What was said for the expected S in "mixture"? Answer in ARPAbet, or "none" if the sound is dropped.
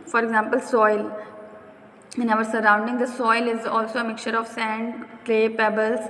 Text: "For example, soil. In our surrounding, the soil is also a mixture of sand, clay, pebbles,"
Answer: none